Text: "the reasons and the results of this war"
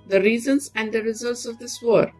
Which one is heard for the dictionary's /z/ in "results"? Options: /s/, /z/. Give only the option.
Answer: /z/